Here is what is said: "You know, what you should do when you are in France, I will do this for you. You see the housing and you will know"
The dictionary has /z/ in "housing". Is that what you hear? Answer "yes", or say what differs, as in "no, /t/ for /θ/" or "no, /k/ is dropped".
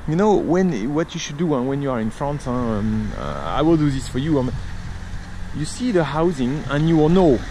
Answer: yes